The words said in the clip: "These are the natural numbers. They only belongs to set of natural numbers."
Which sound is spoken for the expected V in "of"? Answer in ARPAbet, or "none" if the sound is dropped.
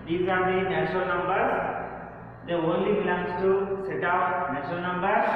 P